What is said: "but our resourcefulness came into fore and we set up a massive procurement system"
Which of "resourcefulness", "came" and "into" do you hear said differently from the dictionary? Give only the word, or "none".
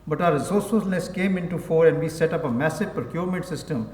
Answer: resourcefulness